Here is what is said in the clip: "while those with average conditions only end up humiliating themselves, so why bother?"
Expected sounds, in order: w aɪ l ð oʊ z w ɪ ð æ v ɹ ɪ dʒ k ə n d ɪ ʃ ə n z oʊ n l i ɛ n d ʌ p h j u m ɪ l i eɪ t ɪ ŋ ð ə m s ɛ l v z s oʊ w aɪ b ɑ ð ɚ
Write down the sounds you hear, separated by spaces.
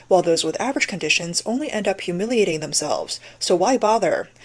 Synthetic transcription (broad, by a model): w aɪ l ð oʊ z w ɪ ð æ v ɹ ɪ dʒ k ə n d ɪ ʃ ə n z oʊ n l i ɛ n d ʌ p h j u m ɪ l i eɪ t ɪ ŋ ð ə m s ɛ l v z s oʊ w aɪ b ɑ ð ɚ